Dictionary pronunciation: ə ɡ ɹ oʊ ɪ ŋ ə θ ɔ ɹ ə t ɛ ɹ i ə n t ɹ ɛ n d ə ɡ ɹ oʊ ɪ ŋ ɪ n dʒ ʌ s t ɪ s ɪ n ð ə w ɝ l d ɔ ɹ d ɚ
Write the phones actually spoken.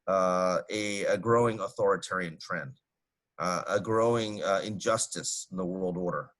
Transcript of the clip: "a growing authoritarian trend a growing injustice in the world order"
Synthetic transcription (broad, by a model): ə ɡ ɹ oʊ ɪ ŋ ə θ ɔ ɹ ə t ɛ ɹ i ə n t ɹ ɛ n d ə ɡ ɹ oʊ ɪ ŋ ɪ n dʒ ʌ s t ɪ s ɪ n ð ə w ɝ l d ɔ ɹ d ɚ